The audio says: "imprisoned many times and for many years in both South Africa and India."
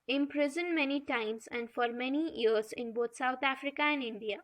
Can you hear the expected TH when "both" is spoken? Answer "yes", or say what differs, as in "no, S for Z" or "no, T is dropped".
no, T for TH